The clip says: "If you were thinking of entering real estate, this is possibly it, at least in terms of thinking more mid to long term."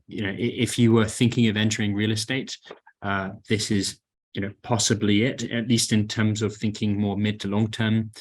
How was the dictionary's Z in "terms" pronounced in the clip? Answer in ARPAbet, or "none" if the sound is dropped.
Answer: Z